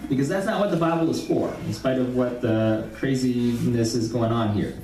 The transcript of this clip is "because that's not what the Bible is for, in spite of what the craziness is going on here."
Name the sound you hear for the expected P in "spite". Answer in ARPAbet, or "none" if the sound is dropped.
P